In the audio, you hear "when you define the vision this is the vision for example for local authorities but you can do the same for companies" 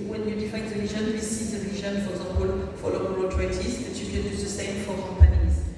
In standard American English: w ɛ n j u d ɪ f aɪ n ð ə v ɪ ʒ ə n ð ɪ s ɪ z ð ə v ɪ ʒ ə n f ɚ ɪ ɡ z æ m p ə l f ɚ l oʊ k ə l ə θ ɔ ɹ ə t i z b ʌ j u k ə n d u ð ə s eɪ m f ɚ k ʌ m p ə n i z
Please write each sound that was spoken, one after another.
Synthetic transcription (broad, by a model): w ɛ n j u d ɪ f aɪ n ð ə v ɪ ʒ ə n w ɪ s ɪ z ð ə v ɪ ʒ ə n f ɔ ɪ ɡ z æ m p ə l f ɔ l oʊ ə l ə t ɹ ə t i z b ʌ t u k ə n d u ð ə s eɪ m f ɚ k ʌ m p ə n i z